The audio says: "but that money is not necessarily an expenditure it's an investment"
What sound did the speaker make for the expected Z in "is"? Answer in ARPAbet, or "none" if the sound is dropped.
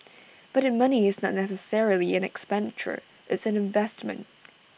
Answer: Z